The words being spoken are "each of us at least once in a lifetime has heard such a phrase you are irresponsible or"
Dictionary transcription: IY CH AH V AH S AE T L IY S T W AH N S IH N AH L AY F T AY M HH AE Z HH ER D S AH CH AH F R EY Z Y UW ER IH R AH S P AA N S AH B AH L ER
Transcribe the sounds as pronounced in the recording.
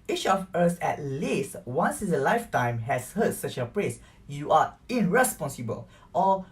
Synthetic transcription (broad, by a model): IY CH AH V AH S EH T L IY S T W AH N S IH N AH L AY F T AY M HH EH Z HH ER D S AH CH AH P R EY S Y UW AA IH R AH S P AA N S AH B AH L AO